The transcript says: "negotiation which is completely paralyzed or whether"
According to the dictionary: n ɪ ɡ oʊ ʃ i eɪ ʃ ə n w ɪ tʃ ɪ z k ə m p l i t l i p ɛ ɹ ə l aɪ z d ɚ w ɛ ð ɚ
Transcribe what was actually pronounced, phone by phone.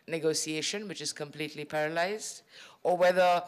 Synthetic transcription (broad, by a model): n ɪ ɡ oʊ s i eɪ ʃ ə n w ɪ tʃ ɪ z k ə m p l i t l i p ɛ ɹ ə l aɪ z d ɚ w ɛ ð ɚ